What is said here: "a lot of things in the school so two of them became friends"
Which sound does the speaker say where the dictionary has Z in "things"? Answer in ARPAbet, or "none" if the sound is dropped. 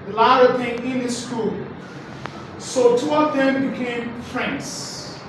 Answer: none